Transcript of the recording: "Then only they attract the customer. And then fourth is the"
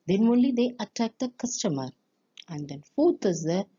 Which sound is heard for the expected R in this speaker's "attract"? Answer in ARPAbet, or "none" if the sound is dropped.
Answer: none